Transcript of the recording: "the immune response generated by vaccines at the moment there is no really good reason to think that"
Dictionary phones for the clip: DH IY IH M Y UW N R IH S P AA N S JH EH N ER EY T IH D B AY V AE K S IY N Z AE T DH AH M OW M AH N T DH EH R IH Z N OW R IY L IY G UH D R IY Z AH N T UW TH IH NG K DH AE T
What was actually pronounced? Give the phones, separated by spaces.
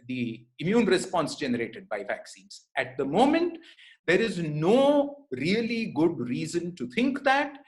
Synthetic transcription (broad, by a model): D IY IH M Y UW N R IH S P AA N S JH EH N ER EY T IH D B AY V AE K S IY N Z AE T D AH M OW M AH N T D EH R IH Z N OW R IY L IY G UH D R IY Z AH N T UW T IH NG K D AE T